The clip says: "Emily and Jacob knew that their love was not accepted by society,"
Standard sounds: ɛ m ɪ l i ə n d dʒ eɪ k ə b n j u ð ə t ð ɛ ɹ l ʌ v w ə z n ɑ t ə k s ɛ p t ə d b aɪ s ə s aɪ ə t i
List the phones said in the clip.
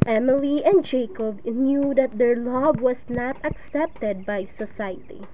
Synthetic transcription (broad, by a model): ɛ m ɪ l i ə n d dʒ eɪ k ə b n j u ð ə t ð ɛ ɹ l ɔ b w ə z n ɑ t ə k s ɛ p t ə d b aɪ s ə s aɪ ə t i